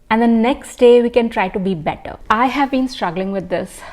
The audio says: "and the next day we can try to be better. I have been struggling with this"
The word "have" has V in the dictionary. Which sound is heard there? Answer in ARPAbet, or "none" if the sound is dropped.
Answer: V